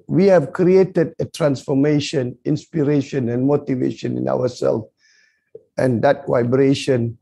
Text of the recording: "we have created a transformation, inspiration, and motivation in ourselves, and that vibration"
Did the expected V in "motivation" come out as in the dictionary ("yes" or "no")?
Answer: yes